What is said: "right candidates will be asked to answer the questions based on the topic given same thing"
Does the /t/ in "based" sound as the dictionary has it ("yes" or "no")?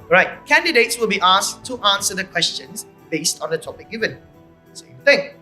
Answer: yes